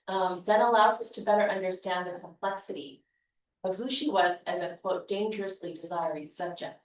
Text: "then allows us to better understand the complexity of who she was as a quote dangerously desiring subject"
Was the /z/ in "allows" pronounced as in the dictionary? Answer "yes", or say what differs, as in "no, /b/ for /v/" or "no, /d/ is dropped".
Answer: yes